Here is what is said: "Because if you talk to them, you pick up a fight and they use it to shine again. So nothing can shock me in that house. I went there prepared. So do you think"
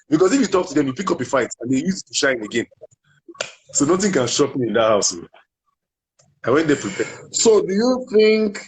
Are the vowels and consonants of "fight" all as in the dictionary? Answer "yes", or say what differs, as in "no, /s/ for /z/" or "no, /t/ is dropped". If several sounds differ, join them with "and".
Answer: yes